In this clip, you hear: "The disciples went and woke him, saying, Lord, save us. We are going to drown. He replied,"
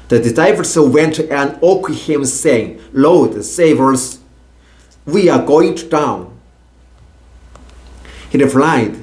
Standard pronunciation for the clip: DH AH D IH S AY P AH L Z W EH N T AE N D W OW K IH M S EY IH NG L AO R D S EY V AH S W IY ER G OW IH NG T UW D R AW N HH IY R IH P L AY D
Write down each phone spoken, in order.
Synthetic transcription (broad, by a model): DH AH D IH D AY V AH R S W EH N T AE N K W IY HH IH M S EY IH NG L AO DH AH S EY V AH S W IY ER G OW IH NG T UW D AW N HH IY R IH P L AY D